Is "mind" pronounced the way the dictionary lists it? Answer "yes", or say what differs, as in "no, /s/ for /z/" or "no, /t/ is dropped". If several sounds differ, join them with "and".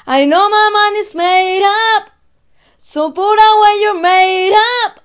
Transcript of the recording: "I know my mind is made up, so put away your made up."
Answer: no, /d/ is dropped